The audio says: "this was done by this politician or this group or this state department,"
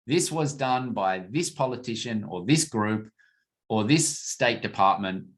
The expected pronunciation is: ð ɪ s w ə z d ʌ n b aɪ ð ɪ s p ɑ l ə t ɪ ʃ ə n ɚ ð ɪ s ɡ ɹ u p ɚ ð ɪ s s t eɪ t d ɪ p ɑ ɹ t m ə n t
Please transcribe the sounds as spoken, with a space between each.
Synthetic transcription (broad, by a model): ð ɪ s w ə z d ʌ n b aɪ ð ɪ s p ɑ l ə t ɪ ʃ ə n ɚ ð ɪ s ɡ ɹ u p ɚ ð ɪ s s t eɪ t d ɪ p ɑ ɹ t m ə n t